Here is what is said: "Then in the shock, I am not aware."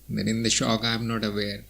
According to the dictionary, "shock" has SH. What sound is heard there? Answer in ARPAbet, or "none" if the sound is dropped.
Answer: SH